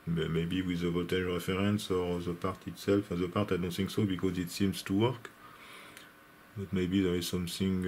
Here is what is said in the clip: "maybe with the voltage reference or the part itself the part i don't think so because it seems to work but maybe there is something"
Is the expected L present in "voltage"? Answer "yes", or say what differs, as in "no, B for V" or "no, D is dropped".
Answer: no, L is dropped